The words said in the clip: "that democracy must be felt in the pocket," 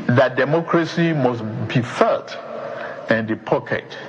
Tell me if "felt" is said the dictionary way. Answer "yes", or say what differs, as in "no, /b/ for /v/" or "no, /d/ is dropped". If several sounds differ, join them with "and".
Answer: no, /l/ is dropped